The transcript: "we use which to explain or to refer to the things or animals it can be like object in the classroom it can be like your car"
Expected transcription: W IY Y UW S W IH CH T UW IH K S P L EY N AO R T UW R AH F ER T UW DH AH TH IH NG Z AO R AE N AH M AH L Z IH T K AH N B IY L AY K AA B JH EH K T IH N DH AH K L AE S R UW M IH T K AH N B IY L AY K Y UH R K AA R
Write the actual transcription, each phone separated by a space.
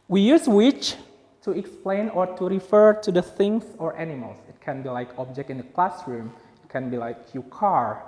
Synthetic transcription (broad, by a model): W IY Y UW S W IH CH T UW IH K S P L EY N AO R T UW R AH F ER T UW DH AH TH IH NG S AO R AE N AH M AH L S IH T K AH N B IY L AY K AA B JH EH K T IH N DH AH K L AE S R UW M IH T K AH N B IY L AY K Y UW K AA R